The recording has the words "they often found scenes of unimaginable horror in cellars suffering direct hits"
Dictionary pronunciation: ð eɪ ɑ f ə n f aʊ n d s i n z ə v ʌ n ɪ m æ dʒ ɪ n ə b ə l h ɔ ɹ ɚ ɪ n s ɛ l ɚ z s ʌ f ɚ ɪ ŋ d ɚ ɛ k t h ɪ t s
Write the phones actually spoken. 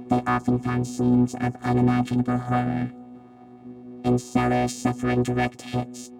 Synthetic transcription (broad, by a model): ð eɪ ɑ f ə n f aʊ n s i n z ə v ʌ n ɪ m æ dʒ ɪ n ə b ə l h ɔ ɹ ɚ ɪ n s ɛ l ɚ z s ʌ f ɚ ɪ ŋ d ɚ ɛ k t h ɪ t s